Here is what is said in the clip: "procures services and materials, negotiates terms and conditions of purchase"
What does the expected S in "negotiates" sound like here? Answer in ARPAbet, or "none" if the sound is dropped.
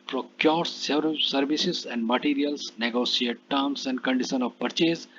none